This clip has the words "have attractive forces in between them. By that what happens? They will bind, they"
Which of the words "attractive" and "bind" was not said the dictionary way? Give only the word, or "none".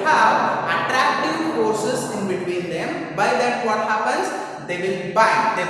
bind